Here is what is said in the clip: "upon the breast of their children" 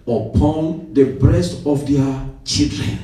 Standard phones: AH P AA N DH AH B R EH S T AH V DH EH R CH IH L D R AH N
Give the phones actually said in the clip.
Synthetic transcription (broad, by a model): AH P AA N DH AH B R EH S T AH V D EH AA CH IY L D R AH N